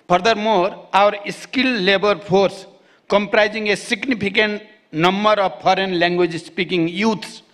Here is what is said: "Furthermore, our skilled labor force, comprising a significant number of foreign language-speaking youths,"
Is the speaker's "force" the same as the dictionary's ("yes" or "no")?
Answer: no